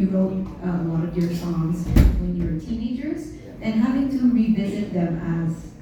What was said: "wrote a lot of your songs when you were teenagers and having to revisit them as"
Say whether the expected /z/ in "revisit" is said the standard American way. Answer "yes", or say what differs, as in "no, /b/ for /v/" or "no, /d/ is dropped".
yes